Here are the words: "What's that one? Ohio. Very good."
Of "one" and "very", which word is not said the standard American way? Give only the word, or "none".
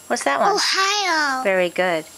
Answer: one